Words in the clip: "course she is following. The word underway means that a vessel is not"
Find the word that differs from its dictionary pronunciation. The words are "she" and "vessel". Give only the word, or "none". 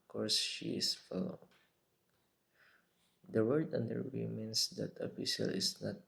vessel